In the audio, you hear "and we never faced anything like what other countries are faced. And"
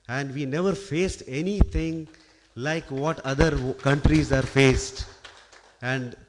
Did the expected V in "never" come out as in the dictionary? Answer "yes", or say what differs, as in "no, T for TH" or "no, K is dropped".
yes